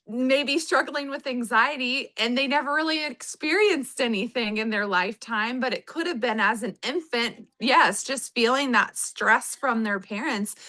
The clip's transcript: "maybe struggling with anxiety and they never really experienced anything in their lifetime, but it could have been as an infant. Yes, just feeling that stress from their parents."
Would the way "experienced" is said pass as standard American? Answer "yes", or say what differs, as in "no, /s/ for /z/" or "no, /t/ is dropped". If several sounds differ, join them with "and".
yes